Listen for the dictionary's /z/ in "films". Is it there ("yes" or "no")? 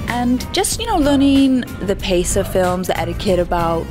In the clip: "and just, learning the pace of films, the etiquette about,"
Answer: yes